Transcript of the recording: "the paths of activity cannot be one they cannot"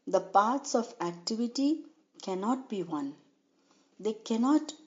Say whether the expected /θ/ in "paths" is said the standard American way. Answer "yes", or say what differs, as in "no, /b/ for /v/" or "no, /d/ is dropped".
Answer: no, /t/ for /θ/